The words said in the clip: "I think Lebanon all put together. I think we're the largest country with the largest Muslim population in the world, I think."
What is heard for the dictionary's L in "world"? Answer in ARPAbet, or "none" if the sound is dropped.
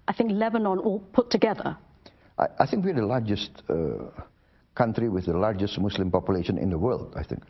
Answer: L